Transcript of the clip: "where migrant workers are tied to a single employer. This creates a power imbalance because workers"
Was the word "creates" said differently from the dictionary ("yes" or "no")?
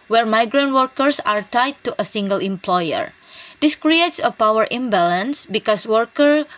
no